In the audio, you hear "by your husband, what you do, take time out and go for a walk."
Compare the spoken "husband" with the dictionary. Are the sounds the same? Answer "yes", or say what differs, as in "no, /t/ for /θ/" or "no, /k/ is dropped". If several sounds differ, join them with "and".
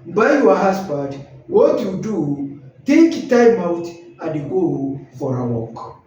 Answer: no, /n/ is dropped